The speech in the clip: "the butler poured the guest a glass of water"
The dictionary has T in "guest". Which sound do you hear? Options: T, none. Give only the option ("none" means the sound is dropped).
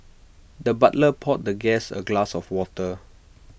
none